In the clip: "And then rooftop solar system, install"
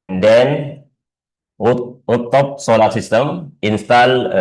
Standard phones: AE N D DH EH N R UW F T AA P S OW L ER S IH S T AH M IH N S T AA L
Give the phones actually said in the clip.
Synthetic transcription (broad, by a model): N D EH N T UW T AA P S OW L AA S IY S T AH M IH N S T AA L